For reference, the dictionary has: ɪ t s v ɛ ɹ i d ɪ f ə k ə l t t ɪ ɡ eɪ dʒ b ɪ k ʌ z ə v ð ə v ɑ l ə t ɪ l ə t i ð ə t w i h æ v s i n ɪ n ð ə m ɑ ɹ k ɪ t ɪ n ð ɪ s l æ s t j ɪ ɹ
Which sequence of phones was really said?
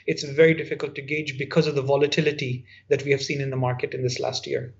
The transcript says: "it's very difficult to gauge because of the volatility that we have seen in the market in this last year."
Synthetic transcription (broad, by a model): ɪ t s v ɛ ɹ i d ɪ f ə k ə l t t ɪ ɡ eɪ dʒ b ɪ k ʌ z ə v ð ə v ɑ l ə t ɪ l ə t i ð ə t w i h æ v s i n ɪ n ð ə m ɑ ɹ k ɪ t ɪ n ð ɪ s l æ s t j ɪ ɹ